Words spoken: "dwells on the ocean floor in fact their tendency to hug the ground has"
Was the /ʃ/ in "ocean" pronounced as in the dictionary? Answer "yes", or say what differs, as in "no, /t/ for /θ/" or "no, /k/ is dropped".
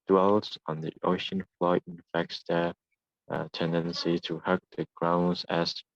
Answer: yes